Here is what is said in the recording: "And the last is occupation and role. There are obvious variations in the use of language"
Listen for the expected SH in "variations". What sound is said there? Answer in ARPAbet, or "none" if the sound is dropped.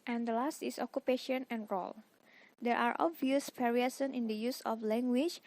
S